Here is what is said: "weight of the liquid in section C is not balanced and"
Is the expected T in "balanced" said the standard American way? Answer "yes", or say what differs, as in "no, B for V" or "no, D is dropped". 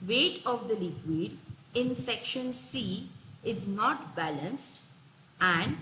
yes